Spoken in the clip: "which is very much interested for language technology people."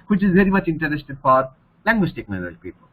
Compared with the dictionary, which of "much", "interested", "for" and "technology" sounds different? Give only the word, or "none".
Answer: technology